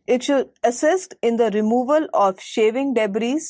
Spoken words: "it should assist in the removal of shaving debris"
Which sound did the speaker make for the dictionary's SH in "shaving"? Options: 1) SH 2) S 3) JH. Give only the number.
1